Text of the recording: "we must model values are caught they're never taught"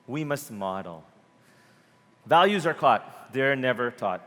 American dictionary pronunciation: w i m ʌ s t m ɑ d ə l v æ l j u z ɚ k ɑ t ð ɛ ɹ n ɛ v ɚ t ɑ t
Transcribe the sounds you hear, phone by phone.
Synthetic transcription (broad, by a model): w i m ʌ s t m ɑ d l v æ l j u z ɚ k ɑ t ð ɛ ɹ n ɛ v ɚ t ɑ t